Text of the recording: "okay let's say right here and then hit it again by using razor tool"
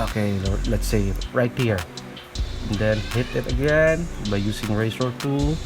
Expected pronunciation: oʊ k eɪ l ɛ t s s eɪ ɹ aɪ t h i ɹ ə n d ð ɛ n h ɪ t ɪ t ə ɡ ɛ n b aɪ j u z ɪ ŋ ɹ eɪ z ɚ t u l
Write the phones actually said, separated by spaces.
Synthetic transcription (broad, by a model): oʊ k eɪ l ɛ t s s eɪ ɹ aɪ t h i ɹ ə n d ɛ n h ɪ t ɪ t ə ɡ ɛ n b aɪ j u s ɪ ŋ ɹ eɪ s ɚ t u